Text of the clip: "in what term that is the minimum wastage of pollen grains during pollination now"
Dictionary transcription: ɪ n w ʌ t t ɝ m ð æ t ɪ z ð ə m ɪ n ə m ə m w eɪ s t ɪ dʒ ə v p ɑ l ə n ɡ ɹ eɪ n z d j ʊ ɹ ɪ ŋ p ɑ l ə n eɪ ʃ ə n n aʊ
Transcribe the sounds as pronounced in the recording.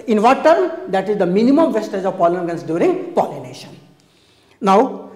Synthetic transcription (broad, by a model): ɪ n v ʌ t t ɝ m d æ t ɪ z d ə m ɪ n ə m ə m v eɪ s t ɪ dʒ ə v p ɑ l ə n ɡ ʌ n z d j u ɹ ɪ ŋ p ɑ l ə n eɪ ʃ ə n n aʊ